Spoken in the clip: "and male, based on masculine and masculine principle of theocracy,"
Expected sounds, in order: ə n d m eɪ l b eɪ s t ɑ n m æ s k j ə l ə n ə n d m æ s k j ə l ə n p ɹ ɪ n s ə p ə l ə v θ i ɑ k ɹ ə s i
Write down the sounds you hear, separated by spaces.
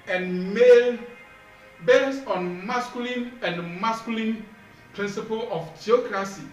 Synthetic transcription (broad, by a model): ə n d m eɪ l b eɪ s ɑ n m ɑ s k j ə l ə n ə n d m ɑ s k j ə l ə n p ɹ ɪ n s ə p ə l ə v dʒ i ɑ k ɹ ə s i